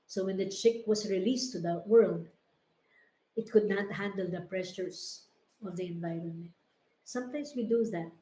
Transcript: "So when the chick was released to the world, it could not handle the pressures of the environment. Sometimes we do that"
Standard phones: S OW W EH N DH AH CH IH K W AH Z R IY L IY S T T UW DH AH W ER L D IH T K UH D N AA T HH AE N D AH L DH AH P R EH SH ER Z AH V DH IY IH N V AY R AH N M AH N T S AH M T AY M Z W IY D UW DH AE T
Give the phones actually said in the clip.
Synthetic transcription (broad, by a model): S OW W EH N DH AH CH IH K W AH S R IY L IY S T T UW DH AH W ER L D IH T K UH D N AA T HH AE N D AH L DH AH P R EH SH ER S AH V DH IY IH N V AY R AH N M AH N T S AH M T AY M S W IY D UW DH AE T